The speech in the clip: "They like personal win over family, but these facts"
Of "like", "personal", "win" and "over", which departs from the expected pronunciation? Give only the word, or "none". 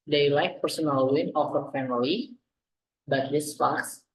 over